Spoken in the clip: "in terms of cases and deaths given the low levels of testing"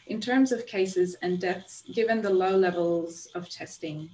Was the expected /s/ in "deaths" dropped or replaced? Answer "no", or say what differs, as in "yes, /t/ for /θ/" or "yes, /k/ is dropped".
no